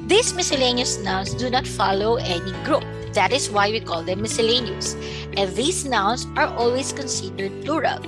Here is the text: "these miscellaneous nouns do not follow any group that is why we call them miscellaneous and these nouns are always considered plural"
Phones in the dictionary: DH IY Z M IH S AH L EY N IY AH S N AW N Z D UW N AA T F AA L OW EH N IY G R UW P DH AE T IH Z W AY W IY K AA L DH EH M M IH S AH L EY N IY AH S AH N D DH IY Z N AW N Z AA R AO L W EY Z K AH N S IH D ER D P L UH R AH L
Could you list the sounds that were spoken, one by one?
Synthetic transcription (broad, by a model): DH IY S M IH S AH L EY N IY AH S N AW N S D UW N AA T F AA L OW EH N IY G R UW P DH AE T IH S W AY W IY K AA L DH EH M M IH S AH L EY N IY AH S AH N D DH IY S N AW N S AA R AO L W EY S K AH N S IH D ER D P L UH R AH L